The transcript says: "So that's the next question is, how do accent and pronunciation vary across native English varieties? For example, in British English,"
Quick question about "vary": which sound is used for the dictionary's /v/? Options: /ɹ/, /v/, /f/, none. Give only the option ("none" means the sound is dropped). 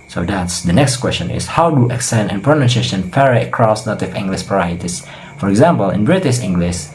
/f/